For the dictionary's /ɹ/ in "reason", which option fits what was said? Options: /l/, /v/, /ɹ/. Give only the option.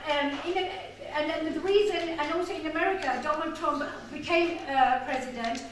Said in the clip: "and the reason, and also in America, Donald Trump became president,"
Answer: /l/